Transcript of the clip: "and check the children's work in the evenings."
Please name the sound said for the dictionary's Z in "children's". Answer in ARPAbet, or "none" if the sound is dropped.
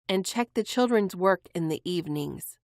Z